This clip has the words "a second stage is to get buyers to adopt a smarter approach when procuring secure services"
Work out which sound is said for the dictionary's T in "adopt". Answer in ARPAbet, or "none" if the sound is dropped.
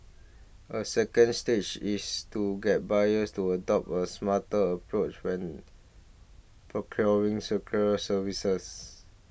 none